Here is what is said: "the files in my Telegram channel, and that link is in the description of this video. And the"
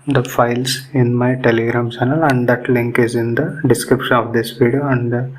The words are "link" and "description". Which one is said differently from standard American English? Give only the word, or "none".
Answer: none